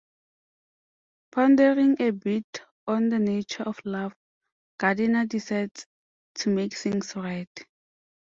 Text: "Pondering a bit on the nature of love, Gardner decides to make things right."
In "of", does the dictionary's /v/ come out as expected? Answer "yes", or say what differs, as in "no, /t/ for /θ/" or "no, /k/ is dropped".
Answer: no, /f/ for /v/